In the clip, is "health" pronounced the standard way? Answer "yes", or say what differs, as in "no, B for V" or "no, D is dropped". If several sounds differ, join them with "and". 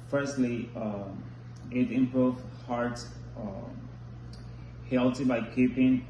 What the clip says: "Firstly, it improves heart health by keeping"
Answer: no, T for TH